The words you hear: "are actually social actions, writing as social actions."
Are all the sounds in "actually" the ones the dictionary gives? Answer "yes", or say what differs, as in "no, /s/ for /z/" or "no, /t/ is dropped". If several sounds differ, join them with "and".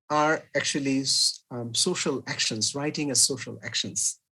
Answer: yes